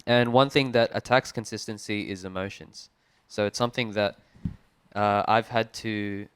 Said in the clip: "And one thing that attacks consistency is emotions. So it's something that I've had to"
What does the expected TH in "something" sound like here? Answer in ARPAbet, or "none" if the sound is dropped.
TH